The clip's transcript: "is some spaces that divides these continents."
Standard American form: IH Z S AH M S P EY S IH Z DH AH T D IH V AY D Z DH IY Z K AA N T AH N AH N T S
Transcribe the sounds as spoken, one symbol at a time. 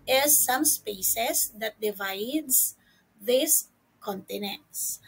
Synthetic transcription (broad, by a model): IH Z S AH M S P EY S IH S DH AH T D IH V AY D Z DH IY S K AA N T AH N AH N T S